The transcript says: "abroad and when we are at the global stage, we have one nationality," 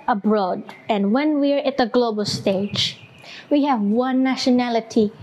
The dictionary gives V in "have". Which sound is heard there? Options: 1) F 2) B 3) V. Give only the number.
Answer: 3